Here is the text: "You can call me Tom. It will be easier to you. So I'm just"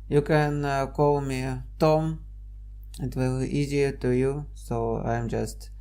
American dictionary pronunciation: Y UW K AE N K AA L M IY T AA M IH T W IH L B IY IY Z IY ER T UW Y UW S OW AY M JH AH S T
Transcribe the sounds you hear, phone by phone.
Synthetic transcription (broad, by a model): Y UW K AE N K AA L M IY T AA M IH T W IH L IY IY Z IY ER T UW Y UW S OW AY M JH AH S T